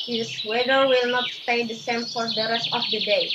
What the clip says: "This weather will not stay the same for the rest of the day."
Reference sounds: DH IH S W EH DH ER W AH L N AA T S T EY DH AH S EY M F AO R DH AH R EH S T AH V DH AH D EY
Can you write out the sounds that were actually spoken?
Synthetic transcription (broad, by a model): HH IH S W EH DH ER W AH L N AA T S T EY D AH S EY M F AO R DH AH R EH S T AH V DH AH D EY